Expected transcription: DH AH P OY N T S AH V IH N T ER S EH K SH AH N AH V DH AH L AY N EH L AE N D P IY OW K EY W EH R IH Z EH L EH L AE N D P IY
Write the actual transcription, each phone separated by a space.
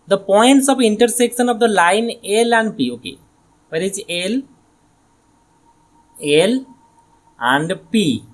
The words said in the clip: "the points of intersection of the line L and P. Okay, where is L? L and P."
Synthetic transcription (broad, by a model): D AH P OY N T S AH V IH N T ER S EH K SH AH N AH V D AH L AY N EH L AE N D P IY OW K EY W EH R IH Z EH L EH L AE N D P IY